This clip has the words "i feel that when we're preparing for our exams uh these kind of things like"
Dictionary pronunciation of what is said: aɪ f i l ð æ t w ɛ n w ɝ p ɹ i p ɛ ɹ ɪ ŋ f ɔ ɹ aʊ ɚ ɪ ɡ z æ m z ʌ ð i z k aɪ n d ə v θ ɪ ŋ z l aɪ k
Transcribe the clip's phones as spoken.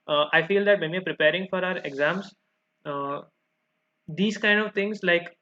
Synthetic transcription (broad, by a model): aɪ f i l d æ t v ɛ n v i p ɹ i p ɛ ɹ ɪ ŋ f ɔ ɹ aʊ ɚ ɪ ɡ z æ m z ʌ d i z k aɪ n d ə v t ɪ ŋ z l aɪ k